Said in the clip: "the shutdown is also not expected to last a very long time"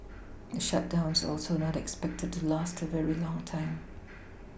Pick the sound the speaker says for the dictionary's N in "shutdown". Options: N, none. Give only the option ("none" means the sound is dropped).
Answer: N